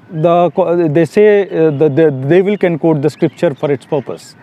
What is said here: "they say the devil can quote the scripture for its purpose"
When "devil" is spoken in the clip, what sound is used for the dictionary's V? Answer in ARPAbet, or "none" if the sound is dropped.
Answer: V